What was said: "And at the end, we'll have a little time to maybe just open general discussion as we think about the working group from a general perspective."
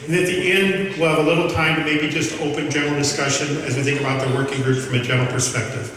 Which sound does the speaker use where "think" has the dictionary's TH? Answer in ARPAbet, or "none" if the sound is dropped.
TH